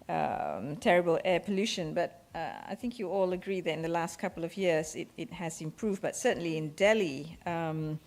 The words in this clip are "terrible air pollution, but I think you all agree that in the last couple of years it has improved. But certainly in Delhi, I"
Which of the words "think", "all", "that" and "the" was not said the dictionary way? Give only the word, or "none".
none